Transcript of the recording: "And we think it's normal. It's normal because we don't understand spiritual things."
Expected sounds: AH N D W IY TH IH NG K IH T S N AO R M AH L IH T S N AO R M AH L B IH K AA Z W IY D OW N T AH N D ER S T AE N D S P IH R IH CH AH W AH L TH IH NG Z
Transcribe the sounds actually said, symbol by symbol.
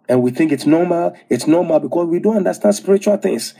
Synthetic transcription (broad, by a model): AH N W IY TH IH NG K IH T S N AO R M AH L IH T S N AO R M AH L B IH K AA S W IY D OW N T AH N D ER S T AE N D S P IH R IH CH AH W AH L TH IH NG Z